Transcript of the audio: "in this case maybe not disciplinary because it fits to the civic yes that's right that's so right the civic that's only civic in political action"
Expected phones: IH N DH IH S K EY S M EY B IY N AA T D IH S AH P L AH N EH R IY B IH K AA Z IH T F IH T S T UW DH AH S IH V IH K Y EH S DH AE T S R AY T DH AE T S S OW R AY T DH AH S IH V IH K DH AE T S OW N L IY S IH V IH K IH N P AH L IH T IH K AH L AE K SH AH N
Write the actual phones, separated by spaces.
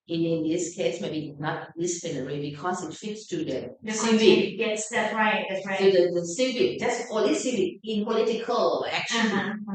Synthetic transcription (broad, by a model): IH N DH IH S K EY S M EY B IY N AA T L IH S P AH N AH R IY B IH K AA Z IH T F IH T S T UW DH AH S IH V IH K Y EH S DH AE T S R AY T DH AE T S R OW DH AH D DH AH S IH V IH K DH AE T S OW L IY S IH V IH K IH N P AH L IH T IH K AH L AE K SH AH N